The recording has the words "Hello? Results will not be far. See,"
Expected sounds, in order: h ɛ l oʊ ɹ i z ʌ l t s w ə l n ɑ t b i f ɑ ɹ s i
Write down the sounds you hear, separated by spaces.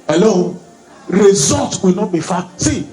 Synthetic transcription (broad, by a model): h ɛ l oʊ ɹ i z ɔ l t w ə l n ɑ t b i f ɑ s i